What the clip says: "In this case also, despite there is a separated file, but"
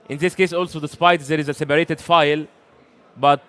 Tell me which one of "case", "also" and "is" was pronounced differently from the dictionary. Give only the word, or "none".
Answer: none